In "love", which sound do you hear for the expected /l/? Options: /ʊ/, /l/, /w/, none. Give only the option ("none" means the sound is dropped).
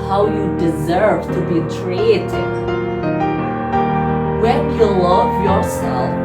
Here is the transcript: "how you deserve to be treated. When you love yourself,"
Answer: /l/